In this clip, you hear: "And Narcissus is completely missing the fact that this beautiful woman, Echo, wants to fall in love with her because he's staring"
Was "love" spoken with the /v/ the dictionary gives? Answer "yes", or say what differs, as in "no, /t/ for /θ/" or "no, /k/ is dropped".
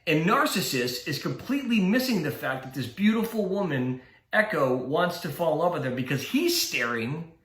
no, /p/ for /v/